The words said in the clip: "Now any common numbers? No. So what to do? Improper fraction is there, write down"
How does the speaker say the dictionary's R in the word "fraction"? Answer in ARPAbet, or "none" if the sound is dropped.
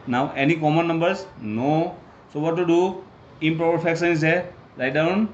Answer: none